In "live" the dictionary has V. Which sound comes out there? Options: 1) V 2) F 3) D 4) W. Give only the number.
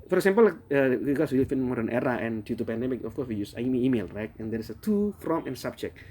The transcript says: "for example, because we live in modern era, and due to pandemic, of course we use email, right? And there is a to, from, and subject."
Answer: 2